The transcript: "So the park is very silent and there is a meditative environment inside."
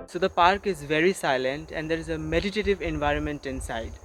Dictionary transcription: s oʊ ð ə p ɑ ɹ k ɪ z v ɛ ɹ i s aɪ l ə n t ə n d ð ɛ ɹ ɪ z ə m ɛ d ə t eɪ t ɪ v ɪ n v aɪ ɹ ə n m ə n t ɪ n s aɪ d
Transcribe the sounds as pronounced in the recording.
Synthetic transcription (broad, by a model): s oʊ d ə p ɑ ɹ k ɪ z v ɛ ɹ i s aɪ l ə n t ə n d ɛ ɹ ɪ z ə m ɛ d ə t eɪ t ɪ v ɪ n v aɪ ɹ ə n m ə n t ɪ n s aɪ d